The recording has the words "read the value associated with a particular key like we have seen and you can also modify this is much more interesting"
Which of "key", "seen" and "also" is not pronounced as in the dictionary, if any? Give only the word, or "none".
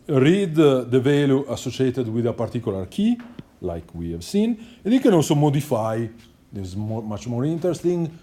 none